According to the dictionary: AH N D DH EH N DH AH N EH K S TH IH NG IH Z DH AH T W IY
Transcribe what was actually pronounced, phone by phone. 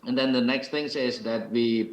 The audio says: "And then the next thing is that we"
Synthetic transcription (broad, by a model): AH N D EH N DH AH N EH K S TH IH NG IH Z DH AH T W IY